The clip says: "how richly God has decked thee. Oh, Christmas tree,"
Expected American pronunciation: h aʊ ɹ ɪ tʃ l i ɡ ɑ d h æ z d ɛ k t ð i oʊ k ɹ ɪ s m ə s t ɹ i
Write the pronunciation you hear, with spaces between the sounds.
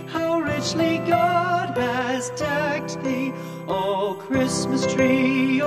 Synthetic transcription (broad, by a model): h aʊ ɹ ɪ tʃ l i ɡ ɑ d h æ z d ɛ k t ð i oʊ k ɹ ɪ s m ə s t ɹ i